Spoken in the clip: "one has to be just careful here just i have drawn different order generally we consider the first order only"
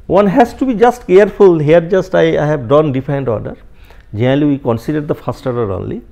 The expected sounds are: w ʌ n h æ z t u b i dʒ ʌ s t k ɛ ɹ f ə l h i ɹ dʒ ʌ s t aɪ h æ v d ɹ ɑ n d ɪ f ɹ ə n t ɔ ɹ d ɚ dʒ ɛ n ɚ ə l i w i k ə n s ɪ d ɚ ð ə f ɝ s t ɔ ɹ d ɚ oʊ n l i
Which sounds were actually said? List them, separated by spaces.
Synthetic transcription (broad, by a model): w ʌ n h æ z t u b i dʒ ʌ s t k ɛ ɹ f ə l h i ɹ dʒ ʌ s t aɪ h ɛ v d ɑ n d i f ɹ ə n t ɔ ɹ d ɚ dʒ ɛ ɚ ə l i w i k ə n s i d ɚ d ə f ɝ s t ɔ ɹ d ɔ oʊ n l i